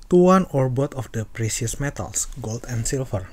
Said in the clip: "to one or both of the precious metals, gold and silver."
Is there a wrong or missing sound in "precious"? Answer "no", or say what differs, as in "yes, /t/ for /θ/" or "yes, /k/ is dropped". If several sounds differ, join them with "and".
yes, /s/ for /ʃ/